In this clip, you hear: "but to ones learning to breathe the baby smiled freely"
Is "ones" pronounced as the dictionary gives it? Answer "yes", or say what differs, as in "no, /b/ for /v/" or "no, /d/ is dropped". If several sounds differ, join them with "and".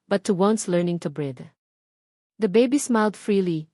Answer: no, /s/ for /z/